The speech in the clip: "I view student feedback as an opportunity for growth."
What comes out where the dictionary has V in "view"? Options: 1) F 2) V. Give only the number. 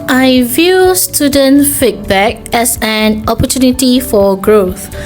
2